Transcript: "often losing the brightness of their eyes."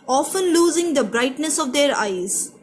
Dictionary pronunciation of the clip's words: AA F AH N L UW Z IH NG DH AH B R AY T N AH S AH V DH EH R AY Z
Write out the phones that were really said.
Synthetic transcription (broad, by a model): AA F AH N L UW Z IH NG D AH B R AY T N AH S AH V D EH R AY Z